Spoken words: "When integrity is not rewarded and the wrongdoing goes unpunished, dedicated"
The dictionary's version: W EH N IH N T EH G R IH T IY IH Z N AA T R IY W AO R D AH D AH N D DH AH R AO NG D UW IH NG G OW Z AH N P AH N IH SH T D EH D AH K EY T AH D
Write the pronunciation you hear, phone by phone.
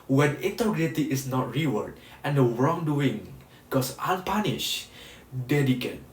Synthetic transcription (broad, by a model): W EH N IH N T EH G R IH T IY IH S N AA T R IY W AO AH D AH N D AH R AO NG D UW IH NG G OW S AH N P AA N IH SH D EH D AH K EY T